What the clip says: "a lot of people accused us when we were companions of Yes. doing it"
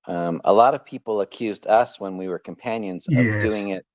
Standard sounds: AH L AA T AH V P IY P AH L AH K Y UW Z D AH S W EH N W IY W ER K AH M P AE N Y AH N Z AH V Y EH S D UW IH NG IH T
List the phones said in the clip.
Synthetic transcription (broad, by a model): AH L AA T AH V P IY P L AH K Y UW Z D AH S W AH N W IY W ER K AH M P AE N Y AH N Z AH V D UW IH NG IH T